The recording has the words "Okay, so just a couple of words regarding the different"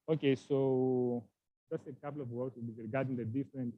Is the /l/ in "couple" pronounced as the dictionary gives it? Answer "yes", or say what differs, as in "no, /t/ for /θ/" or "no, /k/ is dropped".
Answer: no, /w/ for /l/